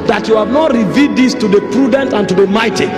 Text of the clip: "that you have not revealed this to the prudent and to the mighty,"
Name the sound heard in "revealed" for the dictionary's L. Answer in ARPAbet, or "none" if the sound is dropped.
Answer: none